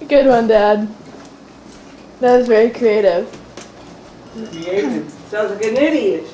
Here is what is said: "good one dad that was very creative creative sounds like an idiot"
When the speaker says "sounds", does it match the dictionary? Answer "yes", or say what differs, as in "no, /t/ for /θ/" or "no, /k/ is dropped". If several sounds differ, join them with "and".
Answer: no, /n/ is dropped